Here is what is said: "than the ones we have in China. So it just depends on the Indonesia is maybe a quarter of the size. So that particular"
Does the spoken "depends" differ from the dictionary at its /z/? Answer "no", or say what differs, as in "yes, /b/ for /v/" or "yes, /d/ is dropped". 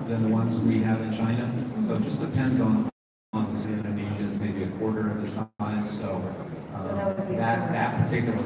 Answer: no